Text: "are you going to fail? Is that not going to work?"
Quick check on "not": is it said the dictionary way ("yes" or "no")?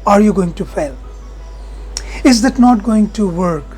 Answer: yes